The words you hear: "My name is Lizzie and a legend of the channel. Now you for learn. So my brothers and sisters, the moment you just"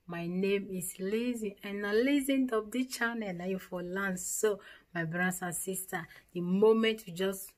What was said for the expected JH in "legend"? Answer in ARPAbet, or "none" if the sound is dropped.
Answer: Z